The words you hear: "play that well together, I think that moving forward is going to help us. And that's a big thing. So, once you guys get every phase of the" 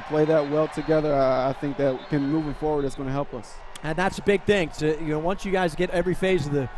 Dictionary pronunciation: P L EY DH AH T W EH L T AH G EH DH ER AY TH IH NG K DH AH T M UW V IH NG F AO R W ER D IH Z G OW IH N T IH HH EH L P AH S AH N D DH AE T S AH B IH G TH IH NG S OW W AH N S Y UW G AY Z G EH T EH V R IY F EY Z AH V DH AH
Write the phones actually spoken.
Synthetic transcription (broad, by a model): P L EY DH AH T W EH L T AH G EH DH ER AY TH IH NG K DH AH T M UW V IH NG F AO R W ER D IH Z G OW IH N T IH HH EH L P AH S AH N DH AE T S AH B IH G TH IH NG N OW W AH N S Y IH G AY Z G EH T EH V R IY F EY Z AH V DH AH